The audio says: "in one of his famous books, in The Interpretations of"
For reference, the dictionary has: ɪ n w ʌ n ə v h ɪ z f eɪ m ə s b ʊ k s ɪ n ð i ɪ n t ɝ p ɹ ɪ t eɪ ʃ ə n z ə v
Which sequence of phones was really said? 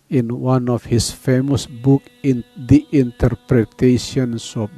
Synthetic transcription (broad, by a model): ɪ n w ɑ n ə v h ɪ s f eɪ m ə s b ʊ k ɪ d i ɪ n t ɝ p ɹ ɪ t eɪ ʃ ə n s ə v